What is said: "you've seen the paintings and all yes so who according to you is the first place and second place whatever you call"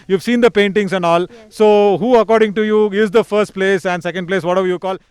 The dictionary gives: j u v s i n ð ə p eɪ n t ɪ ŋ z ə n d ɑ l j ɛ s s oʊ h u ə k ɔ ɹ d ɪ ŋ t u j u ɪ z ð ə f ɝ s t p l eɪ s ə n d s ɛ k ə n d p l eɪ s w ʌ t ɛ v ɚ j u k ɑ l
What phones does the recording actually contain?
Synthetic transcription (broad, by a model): j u v s i n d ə p eɪ n t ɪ ŋ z ə n d ɑ l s s oʊ h u ə k ɔ ɹ d ɪ ŋ t u j u ɪ z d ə f ɝ s t p l eɪ s ə n d s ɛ k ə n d p l eɪ s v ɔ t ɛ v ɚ j u k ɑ l